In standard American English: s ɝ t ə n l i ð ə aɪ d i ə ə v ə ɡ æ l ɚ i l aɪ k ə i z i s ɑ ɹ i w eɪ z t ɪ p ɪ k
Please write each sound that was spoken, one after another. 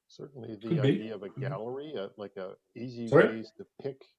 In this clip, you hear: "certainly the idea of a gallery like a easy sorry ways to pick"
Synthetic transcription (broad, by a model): s ɝ t n l i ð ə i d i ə ə v ə ɡ æ l ɚ i l aɪ k ə i z i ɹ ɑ i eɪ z t ɪ p ɪ k